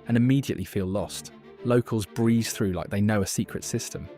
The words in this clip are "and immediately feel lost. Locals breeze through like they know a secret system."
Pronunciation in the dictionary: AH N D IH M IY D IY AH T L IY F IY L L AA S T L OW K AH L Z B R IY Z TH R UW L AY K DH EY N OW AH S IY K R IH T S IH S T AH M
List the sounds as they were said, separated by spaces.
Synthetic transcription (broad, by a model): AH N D IH M IY D IY AH T L IY F IY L L AA S T L OW K AH L Z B R IY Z TH R UW L AY K DH EY N OW AH S IY K R IH T S IH S T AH M